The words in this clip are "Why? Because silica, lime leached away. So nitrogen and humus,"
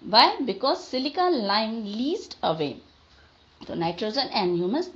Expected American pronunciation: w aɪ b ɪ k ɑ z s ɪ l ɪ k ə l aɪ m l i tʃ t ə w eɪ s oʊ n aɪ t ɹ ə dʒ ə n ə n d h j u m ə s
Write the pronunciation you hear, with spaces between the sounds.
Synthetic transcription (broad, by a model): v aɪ b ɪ k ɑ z s ɪ l ɪ k ə l aɪ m l i s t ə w eɪ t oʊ n aɪ t ɹ ə dʒ ə n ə n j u m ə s